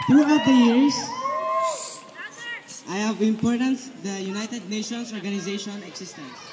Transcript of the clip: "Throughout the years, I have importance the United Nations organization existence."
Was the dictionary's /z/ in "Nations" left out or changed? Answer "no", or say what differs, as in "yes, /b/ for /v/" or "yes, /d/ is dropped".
yes, /s/ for /z/